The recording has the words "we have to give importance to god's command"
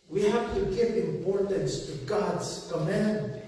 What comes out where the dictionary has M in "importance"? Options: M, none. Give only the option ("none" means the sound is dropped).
M